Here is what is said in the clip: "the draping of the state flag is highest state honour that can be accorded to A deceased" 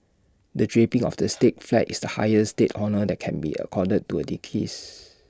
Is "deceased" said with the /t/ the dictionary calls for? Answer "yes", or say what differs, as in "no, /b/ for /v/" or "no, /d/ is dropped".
no, /t/ is dropped